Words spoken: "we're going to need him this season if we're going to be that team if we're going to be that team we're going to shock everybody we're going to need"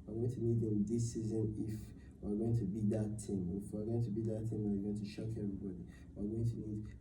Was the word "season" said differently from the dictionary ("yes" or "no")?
no